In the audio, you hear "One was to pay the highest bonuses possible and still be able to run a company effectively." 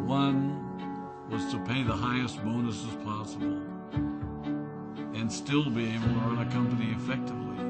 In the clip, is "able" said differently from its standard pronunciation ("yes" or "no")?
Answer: yes